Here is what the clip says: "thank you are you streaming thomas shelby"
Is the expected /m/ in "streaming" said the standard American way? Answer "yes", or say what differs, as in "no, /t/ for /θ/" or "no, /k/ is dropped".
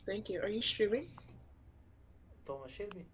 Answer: no, /m/ is dropped